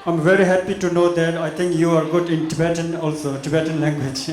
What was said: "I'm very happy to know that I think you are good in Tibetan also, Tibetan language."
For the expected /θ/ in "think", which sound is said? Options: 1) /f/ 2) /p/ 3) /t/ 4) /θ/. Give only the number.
3